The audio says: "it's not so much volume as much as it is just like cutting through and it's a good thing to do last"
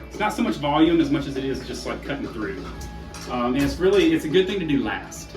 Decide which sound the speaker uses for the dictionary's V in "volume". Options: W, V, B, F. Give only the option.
V